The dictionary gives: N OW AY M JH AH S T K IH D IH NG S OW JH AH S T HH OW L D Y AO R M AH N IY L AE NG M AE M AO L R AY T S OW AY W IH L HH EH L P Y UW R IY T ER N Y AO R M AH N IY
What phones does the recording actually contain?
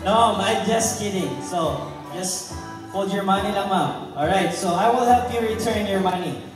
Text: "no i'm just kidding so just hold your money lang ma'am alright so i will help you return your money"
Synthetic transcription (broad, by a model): N OW AY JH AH S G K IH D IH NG S OW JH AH S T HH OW L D Y AO R M AH N IY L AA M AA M AO L R AY T S OW AY W IH L HH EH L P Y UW R IY T ER N Y AO R M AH N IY